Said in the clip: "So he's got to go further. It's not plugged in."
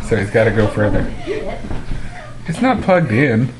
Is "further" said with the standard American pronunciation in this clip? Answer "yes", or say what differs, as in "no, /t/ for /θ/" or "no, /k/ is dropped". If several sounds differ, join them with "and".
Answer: yes